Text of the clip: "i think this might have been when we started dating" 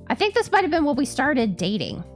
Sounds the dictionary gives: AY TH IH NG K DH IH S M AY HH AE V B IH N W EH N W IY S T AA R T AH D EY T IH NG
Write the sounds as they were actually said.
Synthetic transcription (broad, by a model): AY TH IH NG K DH IH S M AY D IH V B IH N W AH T W IY S T AA R T AH D EY T IH NG